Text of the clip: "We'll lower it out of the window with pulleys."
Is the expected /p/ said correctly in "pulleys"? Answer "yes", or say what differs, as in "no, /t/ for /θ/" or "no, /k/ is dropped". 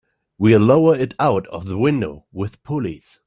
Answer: yes